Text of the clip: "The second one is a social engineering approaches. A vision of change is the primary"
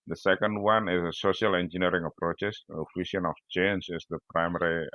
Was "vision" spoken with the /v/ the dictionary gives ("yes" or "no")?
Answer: no